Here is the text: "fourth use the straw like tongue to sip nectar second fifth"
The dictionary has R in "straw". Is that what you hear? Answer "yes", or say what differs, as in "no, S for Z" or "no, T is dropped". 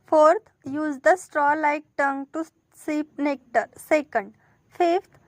yes